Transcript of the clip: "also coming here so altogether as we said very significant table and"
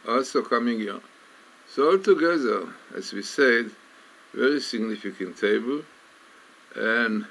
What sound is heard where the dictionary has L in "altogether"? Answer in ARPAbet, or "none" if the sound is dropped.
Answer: L